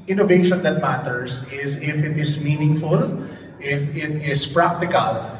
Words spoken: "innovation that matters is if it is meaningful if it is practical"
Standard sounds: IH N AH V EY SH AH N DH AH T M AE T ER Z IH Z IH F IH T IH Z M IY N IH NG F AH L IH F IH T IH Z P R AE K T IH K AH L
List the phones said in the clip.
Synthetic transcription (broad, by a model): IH N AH V EY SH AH N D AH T M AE T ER S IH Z IH F IH T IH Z M IY N IH NG F AH L IH F IH T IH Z P R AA K T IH K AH L